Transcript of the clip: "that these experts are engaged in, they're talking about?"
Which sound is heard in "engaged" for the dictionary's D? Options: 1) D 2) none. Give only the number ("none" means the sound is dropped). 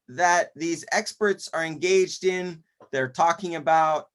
1